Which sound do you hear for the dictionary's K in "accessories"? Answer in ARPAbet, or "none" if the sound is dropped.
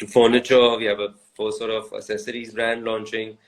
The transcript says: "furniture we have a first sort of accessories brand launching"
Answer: none